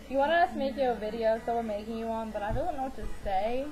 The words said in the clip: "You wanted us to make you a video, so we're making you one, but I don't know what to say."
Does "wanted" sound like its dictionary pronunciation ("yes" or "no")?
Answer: no